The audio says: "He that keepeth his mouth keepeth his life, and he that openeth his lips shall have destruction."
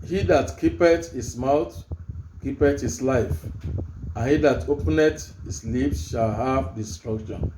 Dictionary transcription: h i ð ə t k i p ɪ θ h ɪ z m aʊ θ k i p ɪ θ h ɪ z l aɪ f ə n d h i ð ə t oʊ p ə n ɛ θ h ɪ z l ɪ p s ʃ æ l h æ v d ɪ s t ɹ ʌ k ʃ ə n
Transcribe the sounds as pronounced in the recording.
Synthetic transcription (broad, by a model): h i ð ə t k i p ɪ t h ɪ s m aʊ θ k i p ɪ t h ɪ s l aɪ f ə n h i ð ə t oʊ p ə n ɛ t h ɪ s l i f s ʃ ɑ l h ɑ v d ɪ s t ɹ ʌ k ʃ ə n